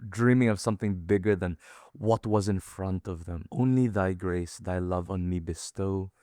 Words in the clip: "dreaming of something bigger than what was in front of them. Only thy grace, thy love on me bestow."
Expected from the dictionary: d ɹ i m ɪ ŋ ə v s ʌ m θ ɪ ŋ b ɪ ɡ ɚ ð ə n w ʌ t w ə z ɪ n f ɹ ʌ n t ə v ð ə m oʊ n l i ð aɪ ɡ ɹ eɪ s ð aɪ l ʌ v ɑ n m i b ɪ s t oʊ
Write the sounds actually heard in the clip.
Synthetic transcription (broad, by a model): d ɹ i m ɪ ŋ ə v s ʌ m θ ɪ ŋ b ɪ ɡ ɚ ð ə n w ʌ t w ə z ɪ n f ɹ ʌ n t ə v ð ə m oʊ n l i ð aɪ ɡ ɹ eɪ s ð aɪ l ʌ v n m i b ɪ s t oʊ